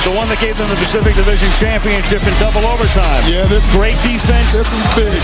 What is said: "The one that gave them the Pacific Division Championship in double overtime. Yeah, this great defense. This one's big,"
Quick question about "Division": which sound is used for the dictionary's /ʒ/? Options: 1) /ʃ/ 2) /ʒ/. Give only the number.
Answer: 2